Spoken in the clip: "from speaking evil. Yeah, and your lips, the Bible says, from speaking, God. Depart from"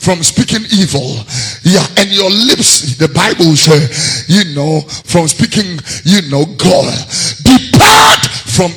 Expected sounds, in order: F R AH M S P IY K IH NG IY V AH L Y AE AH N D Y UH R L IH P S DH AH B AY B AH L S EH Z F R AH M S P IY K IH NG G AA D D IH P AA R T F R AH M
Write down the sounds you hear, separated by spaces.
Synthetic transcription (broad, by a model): F R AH M S P IY K IH NG IY V AH L Y AE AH N Y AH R L IH P S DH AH B AY B AH L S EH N F R AH M S P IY K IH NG G AA D D IH P AA R T F R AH M